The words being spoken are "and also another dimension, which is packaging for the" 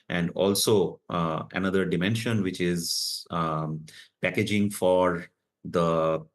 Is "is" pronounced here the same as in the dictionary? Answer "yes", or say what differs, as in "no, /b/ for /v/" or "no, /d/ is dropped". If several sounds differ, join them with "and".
yes